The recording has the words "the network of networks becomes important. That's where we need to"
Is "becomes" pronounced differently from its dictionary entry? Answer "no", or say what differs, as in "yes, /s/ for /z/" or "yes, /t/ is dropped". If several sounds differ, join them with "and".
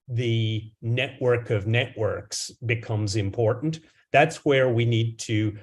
no